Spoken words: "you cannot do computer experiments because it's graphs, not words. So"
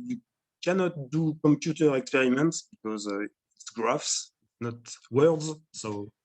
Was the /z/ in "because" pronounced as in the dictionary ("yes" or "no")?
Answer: yes